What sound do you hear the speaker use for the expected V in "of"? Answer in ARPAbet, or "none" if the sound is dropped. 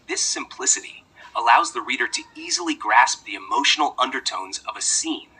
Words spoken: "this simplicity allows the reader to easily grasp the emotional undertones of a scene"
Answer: V